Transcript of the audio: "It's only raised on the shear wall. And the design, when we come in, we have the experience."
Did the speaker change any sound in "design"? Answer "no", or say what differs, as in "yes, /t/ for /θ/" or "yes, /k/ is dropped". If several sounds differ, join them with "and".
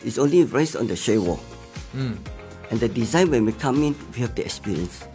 no